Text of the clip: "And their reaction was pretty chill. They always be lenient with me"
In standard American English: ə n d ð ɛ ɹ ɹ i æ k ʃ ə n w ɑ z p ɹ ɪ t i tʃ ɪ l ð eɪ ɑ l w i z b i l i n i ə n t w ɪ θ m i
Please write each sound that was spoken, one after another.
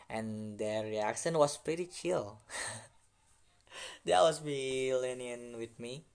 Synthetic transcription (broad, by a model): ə n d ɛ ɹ ɹ i æ k ʃ ə n w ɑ s p ɹ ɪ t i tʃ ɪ l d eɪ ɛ w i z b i l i n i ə n w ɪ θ m i